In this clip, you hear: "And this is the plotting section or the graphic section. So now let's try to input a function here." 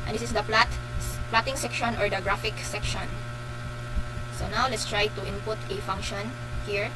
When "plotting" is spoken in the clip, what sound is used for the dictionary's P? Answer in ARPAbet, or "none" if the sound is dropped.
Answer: P